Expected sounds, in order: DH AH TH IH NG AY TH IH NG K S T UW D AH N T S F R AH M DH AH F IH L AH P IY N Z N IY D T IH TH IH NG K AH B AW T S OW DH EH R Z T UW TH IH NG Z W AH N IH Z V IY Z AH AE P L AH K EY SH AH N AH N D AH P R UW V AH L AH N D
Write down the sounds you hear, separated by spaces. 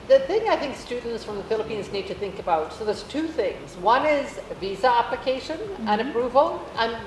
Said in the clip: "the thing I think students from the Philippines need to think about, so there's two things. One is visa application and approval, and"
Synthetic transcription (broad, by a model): DH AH TH IH NG AY TH IH NG K S T UW D N T S F R AH M DH AH F IH L AH P IY N Z N IY D T IH TH IH NG K AH B AW T S OW DH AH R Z T UW TH IH NG Z W AH N IH Z V IY Z AH AE P L AH K EY SH AH N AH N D AH P R UW V AH L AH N